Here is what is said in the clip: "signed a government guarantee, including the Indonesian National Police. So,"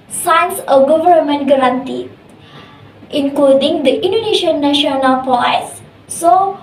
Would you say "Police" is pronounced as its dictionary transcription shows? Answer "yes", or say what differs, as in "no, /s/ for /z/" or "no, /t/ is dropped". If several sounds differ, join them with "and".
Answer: no, /l/ is dropped